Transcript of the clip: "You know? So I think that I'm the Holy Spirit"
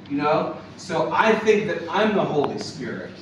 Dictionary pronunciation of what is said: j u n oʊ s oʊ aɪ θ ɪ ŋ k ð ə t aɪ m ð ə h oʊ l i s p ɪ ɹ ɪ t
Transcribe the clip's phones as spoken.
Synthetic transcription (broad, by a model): j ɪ n oʊ s oʊ aɪ θ ɪ ŋ k ð ə t aɪ m ð ə h oʊ l i s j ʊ ɹ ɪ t